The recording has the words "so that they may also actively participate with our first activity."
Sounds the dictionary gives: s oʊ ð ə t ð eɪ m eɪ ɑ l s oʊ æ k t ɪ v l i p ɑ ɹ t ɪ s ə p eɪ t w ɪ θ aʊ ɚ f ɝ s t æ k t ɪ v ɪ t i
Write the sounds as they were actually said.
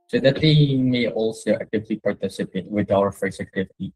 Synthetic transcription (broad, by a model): s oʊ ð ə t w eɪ m eɪ ɑ l s oʊ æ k t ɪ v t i p ɑ ɹ t ɪ s ə p eɪ t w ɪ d aʊ ɚ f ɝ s æ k t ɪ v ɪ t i